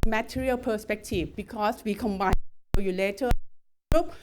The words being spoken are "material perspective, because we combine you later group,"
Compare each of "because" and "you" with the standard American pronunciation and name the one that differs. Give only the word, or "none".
because